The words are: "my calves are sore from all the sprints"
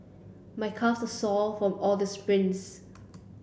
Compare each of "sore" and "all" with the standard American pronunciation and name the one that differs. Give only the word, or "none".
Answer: sore